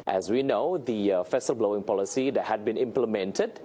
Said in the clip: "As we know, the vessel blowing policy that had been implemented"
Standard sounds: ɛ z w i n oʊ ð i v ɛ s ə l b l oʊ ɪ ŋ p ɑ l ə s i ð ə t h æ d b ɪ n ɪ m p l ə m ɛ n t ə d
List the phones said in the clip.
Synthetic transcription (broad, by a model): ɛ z w i n oʊ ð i f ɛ s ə l b l oʊ ɪ ŋ p ɑ l ə s i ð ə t h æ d b ɪ n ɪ m p l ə m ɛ n t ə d